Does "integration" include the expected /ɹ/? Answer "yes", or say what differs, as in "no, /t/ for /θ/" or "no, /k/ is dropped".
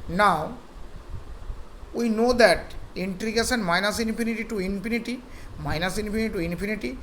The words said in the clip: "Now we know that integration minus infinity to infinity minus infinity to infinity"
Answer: no, /ɹ/ is dropped